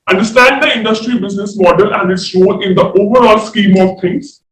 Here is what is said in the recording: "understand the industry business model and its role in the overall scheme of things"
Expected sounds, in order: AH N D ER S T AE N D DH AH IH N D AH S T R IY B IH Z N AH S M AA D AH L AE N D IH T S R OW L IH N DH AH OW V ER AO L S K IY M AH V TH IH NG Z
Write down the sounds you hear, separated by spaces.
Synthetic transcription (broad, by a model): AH N D ER S T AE N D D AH IH N D AH S T R IY B IH Z N AH S M AA D AH L AE N D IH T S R OW N IH N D AH OW V ER AO L S K IY M AH V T IH NG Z